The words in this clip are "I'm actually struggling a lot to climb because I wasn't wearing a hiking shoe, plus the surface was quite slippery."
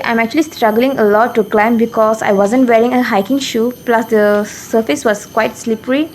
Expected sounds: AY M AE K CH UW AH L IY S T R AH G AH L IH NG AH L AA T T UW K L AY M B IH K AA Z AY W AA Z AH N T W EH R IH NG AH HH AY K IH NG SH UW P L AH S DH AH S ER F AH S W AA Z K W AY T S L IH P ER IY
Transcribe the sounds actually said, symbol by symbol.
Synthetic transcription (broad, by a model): AY M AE K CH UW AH L IY S T R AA G AH L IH NG AH L AA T T UW K L AY M B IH K AA S AY W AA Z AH N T W EH R IH NG AH HH AY K IH NG SH UW P L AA S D AH S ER F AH S W AA S K W AY T S L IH P ER IY